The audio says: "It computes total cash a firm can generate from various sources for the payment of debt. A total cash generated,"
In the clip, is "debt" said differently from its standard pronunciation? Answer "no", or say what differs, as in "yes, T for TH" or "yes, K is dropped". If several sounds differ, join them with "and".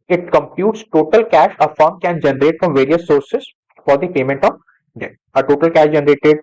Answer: yes, T is dropped